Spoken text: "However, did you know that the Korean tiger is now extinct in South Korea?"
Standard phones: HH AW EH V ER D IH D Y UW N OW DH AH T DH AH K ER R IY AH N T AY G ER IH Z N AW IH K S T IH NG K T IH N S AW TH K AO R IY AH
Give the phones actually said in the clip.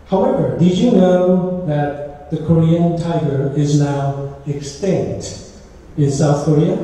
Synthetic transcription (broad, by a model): HH AW EH V ER D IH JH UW N OW DH AH T DH AH K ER R IY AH N T AY G ER IH Z N AW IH K S T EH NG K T IH N S AW TH K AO R IY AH